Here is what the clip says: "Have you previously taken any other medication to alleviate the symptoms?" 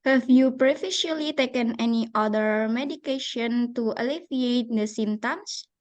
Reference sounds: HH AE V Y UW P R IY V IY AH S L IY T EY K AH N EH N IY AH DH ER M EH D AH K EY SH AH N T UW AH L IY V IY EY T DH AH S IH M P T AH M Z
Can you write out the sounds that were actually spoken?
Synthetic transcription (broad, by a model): HH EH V Y UW P R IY F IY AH L IY T EY K AH N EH N IY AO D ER M EH D AH K EY SH AH N T UW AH L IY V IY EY T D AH S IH M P T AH M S